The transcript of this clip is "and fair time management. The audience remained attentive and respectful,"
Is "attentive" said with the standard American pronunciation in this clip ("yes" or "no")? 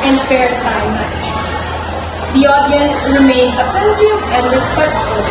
no